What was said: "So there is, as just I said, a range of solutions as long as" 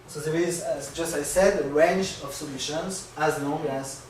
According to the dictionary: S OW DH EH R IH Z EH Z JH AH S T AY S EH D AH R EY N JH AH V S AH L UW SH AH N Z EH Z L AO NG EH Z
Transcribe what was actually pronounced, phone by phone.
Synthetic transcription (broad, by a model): S OW DH EH R IH Z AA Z JH AH S T AY S EH D AH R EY N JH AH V S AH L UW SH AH N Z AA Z N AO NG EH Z